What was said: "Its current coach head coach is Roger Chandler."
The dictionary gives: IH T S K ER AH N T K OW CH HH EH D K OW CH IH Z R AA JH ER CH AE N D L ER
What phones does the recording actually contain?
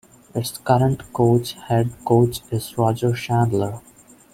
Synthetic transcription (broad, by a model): IH T S K ER AH N T K OW CH HH EH D K OW CH IH Z R AA JH ER SH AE N D L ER